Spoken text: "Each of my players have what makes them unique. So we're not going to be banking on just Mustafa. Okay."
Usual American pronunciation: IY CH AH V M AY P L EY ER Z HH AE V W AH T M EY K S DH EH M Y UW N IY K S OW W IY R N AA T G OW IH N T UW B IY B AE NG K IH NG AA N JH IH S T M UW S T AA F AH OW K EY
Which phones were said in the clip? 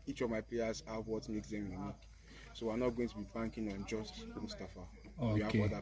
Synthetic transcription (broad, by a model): IY CH AH V M AY P L EY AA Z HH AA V W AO T M EY K S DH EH M Y UW N IY K S OW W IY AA N AA T G OW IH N T UW B IY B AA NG K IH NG AA N JH IH S T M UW S T AA F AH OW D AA